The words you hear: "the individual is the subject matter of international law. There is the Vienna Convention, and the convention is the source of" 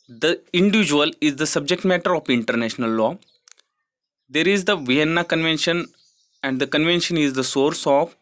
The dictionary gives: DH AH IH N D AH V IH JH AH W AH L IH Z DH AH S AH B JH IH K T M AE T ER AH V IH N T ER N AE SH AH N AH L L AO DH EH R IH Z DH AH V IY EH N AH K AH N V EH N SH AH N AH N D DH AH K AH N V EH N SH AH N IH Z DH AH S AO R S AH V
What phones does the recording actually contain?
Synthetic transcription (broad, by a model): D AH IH N D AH V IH JH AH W AH L IH Z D AH S AH B JH IH K T M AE T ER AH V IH N T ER N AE SH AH N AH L L AO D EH R IH Z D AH V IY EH N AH K AH N V EH N SH AH N AH N D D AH K AH N V EH N SH AH N IH Z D AH S AO R S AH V